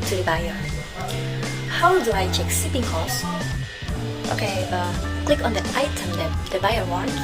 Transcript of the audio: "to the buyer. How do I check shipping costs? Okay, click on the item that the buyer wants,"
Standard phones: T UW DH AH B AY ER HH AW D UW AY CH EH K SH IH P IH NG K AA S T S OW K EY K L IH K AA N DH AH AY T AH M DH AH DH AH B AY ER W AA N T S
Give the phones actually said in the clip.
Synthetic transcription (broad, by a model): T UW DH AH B AY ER HH AW D UW AY CH EH K S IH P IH NG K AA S T OW K EY K L IH K AA N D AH AY T AH M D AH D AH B AY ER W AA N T